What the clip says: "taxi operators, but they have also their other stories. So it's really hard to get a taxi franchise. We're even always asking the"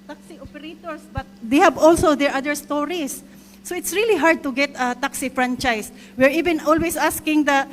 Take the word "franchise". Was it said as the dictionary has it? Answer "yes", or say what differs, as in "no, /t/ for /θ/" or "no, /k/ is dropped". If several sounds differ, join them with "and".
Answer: no, /s/ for /z/